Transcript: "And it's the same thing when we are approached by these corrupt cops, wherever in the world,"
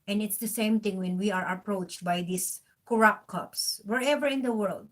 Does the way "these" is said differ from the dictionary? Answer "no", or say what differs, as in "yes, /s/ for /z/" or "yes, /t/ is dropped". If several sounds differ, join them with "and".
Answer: yes, /s/ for /z/